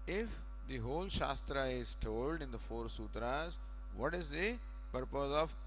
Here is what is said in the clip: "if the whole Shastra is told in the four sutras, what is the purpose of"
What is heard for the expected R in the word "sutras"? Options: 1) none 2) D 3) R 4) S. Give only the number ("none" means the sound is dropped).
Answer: 3